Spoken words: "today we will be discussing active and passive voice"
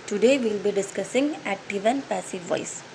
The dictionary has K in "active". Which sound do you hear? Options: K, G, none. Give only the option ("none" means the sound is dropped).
none